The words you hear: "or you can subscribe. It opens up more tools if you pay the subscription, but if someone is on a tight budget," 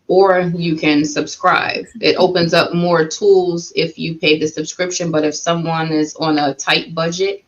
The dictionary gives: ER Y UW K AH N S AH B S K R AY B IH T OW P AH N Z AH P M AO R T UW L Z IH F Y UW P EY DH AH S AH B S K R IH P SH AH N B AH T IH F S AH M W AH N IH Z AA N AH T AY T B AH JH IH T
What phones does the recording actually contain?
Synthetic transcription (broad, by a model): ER Y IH K AH N S AH B S K R AY B IH T OW P AH N Z AH P M AO R T UW L Z IH F Y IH P EY DH AH S AH B S K R IH P SH AH N B AH T IH F S AH M W AH N IH Z N AH T AY T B AH JH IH T